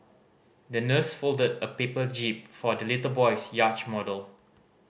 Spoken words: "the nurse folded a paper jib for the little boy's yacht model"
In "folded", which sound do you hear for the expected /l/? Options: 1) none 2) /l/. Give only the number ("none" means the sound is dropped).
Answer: 2